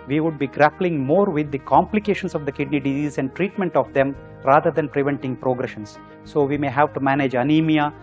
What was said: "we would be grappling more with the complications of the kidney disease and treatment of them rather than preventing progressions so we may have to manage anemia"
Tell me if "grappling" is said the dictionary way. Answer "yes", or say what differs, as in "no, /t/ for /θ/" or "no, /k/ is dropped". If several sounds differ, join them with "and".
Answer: yes